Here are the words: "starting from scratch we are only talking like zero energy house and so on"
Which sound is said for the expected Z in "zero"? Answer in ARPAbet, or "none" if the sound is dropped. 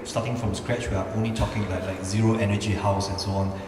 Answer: Z